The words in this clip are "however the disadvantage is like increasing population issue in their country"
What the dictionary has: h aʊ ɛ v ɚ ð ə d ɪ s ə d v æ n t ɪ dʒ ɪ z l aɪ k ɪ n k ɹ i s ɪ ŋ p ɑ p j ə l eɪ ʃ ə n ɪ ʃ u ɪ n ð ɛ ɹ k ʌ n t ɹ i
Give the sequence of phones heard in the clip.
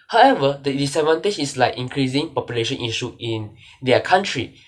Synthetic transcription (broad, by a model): h aʊ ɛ v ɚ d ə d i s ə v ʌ n t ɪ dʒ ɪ s l aɪ k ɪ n k ɹ i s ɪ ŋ p ɑ p j ə l eɪ ʃ ə n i ʃ u ɪ n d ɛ k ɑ n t ɹ i